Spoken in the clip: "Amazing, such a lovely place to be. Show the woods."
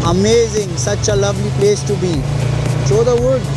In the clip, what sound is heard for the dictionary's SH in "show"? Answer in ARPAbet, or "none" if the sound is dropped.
S